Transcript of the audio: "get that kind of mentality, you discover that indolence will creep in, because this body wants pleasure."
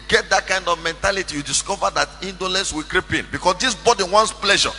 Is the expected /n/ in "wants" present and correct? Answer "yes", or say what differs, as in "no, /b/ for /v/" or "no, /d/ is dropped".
yes